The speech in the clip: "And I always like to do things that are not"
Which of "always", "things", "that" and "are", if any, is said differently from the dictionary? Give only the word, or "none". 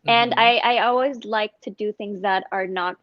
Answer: none